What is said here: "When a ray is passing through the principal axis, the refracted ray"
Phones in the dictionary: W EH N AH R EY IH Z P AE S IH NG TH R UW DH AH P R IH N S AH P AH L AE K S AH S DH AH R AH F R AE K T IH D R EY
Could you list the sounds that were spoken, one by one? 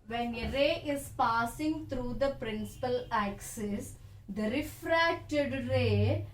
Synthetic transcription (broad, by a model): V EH N AH R EY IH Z P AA S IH NG T R UW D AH P R IH N S AH P AH L AE K S AH S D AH R AH F R AE K T IH D R EY